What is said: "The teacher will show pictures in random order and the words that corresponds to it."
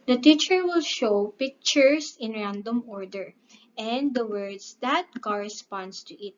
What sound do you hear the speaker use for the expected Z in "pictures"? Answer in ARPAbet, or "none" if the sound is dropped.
S